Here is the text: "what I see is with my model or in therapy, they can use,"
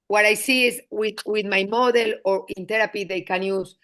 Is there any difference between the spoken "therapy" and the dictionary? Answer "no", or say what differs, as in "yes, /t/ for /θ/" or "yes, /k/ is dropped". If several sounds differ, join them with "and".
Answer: yes, /t/ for /θ/